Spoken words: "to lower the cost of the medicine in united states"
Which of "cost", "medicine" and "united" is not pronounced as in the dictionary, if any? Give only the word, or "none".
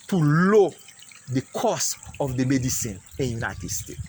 cost